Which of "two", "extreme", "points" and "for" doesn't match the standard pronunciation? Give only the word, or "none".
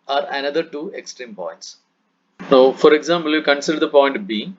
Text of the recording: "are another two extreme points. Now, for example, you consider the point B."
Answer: none